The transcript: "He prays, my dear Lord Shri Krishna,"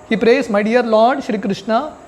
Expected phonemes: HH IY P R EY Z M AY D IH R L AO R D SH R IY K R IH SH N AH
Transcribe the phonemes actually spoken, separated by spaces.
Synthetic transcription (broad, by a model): HH IY P R EY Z M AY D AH R L AO R D SH R IY K R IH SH N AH